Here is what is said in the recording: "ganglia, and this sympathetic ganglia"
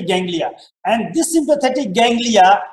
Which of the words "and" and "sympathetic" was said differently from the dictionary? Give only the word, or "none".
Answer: sympathetic